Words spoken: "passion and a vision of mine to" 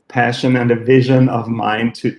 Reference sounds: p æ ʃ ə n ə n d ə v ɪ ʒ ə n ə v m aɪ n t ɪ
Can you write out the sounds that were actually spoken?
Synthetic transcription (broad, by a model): p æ ʃ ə n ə n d ə v ɪ ʒ ə n ə v m aɪ n t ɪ